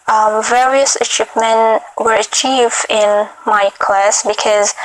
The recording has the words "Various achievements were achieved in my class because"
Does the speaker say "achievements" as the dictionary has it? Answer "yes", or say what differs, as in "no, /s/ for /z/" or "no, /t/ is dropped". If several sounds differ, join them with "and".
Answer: no, /p/ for /v/